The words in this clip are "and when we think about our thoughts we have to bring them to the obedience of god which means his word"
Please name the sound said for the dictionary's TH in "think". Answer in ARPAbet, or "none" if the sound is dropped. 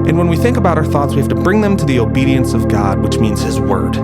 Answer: TH